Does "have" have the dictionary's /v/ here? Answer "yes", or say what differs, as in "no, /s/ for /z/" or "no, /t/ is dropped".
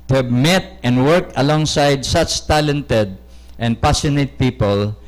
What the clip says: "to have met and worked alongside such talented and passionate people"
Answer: no, /b/ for /v/